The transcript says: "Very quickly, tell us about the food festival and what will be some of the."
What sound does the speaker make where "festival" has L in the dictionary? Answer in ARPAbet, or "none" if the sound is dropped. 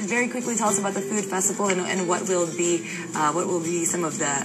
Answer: N